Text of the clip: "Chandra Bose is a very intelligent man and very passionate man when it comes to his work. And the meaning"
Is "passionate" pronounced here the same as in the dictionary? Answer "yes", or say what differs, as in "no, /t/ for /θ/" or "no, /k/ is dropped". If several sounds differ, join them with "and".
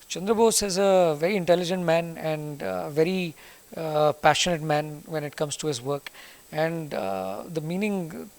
yes